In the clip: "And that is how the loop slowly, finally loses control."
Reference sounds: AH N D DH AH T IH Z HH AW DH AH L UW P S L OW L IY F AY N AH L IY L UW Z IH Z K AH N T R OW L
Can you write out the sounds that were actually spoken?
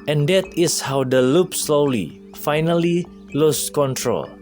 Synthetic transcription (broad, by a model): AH N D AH T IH S HH AW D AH L UW P S L OW L IY F AY N AH L IY L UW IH S K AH N T R OW L